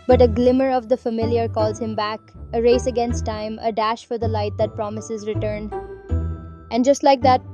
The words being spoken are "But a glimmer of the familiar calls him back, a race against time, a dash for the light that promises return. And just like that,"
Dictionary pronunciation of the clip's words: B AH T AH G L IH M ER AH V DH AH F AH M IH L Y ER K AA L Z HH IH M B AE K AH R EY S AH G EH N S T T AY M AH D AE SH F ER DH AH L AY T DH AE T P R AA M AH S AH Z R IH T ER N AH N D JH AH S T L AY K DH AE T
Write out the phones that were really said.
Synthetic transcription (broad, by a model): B AH T AH G L IH M ER AH V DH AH F AH M IH L Y ER K AA L Z HH IH M B AE K AH R EY S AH G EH N S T T AY M AH D AE SH F ER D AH L AY T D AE T P R AA M AH S AH Z R IH T ER N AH N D JH AH S T L AY K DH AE T